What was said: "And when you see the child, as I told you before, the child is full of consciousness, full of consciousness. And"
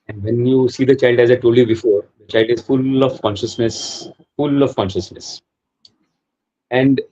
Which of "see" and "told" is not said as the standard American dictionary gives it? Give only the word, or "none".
told